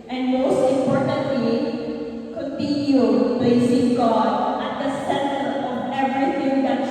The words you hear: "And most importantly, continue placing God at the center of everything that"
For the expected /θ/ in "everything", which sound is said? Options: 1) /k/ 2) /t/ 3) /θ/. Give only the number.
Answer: 2